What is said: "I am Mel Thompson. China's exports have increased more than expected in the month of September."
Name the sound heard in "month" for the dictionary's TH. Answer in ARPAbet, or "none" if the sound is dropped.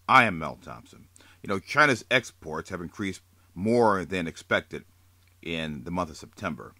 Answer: TH